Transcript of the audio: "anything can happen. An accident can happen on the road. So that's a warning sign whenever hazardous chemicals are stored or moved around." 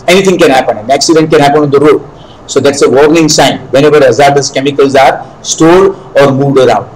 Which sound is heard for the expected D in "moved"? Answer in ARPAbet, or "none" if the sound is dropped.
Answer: D